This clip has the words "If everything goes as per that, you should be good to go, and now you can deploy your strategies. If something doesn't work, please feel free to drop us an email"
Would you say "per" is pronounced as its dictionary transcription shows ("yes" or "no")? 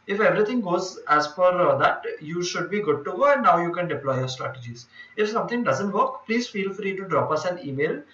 no